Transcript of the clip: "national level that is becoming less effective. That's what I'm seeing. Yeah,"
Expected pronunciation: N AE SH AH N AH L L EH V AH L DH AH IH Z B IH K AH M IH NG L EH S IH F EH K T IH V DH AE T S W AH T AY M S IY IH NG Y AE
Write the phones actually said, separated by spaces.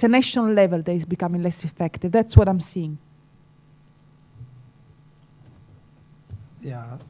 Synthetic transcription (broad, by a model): N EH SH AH N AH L L EH V AH L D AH IH Z B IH K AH M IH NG L EH S IH F EH K T IH V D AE T S W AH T AY M S IY IH NG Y